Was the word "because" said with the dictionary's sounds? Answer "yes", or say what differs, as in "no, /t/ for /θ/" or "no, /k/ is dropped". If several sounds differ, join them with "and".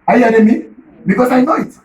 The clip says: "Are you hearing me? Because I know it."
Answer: no, /s/ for /z/